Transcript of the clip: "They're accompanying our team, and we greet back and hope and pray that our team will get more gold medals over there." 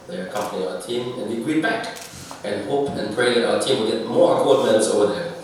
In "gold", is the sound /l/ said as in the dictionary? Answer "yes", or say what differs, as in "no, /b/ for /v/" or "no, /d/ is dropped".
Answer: no, /l/ is dropped